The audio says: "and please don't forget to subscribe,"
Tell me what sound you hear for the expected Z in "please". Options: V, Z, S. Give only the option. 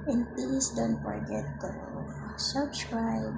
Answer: S